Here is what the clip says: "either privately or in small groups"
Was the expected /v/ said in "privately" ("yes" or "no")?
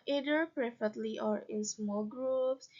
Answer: no